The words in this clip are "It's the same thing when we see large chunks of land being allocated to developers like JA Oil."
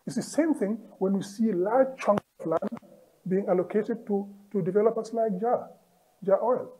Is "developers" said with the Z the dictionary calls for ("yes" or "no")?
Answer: no